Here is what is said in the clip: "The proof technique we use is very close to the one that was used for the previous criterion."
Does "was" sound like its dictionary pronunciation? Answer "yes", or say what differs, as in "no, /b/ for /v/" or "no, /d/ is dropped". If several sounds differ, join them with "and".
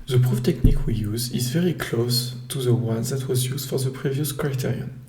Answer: yes